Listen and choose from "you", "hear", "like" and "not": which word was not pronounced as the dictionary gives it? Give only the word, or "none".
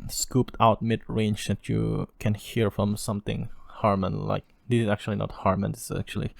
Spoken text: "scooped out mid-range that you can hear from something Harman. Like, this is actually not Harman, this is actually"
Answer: none